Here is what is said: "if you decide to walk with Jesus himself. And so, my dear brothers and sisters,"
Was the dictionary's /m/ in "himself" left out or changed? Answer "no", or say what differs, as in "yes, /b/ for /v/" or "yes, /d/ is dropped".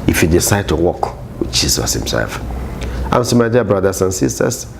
no